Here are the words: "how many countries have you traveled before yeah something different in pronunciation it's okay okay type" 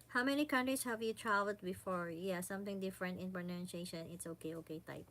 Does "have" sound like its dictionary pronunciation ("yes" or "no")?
yes